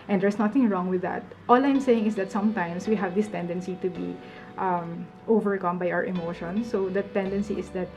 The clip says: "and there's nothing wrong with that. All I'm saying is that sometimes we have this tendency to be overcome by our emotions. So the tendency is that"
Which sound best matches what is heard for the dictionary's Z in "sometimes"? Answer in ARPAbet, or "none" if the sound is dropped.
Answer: S